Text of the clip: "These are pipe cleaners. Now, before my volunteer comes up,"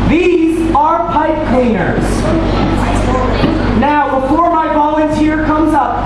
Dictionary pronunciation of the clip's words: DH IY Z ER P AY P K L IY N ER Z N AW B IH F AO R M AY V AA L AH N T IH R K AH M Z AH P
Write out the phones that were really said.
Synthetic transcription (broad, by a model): DH IY Z ER P AY P K L IY N ER Z N AW B IH F AO R M AY B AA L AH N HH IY R K AH M Z AH P